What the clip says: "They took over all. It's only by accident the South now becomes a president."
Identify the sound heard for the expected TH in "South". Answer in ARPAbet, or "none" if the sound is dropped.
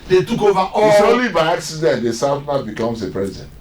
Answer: F